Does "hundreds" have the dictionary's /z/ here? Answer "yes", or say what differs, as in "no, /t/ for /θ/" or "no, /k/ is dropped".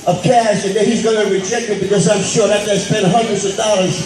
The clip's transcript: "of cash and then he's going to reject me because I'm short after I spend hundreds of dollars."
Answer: yes